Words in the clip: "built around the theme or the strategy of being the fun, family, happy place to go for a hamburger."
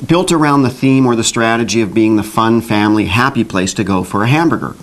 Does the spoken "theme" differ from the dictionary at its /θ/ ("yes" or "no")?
no